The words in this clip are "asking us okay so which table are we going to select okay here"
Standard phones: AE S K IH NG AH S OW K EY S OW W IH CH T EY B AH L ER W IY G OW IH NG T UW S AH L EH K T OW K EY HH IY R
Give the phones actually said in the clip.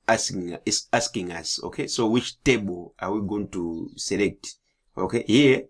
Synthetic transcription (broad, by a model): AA S K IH NG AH S OW K EY S OW W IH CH T EY B AH L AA W IY G OW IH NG T UW S AH L EH K T OW K EY HH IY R